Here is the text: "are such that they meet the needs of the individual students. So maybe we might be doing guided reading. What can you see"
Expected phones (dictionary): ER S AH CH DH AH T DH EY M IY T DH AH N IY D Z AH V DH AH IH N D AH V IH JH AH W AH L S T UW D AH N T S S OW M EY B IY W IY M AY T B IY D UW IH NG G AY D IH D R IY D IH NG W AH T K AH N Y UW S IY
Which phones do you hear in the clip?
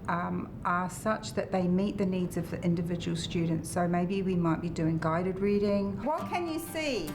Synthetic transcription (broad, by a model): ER S AH CH DH AH T DH EY M IY T DH AH N IY D Z AH V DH IH N D AH V IH JH AH W AH L S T UW D N T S S OW M EY B IY W IY M AY T B IY D UW IH NG G AY D IH D R IY D IH NG W AH T K AH N Y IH S IY